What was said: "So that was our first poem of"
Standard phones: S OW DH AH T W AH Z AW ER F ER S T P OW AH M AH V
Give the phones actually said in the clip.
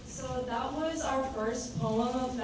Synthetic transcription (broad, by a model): S OW DH AH T W AH Z AW ER F ER S T P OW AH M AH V